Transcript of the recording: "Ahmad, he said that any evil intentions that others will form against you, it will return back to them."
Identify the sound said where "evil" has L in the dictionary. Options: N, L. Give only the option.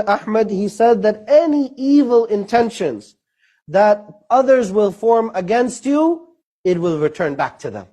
L